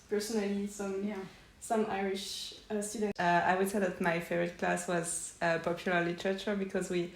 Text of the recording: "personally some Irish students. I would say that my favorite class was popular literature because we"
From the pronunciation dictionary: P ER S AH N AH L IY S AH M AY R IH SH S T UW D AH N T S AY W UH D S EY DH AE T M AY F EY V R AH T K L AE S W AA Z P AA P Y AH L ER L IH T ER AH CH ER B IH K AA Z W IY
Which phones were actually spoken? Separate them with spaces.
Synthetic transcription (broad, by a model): P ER S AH N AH L IY S AH M AY R IH SH S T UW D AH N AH AY W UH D S EY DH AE T M AY F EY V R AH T K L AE S W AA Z P AA P Y AH L ER L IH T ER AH CH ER B IH K AA Z W IY